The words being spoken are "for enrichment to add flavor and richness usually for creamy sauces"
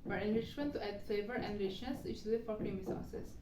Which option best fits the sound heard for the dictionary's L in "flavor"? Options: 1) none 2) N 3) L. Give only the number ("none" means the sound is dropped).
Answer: 1